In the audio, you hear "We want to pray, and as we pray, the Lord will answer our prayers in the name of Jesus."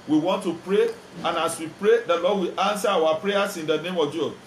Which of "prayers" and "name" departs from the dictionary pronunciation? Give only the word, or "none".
prayers